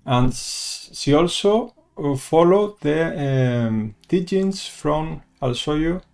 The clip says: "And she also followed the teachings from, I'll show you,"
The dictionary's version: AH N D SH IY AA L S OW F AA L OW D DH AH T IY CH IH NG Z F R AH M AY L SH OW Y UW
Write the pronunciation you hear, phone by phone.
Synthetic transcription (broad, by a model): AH N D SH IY AA L S OW F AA L OW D DH AH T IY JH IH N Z F R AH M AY L S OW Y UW